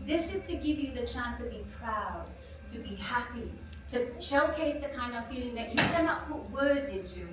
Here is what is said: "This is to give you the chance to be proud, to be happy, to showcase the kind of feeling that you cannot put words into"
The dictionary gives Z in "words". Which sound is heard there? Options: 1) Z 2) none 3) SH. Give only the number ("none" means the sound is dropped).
1